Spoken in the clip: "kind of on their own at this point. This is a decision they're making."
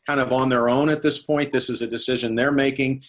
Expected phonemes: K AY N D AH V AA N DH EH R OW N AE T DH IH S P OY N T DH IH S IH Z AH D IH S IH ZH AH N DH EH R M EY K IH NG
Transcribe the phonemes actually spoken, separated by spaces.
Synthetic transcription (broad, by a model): AY N D AH V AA N DH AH R OW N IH T DH IH S P OY N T DH IH S IH Z AH D IH S IH ZH AH N DH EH R M EY K IH NG